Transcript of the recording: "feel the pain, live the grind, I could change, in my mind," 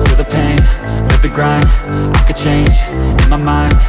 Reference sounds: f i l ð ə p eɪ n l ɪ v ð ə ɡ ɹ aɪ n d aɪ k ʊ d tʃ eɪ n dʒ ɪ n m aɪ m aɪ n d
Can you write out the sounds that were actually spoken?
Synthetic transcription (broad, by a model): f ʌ ð ə p eɪ n n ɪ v ð ə ɡ ɹ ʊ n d aɪ k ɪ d tʃ eɪ n dʒ ɪ n m aɪ m aɪ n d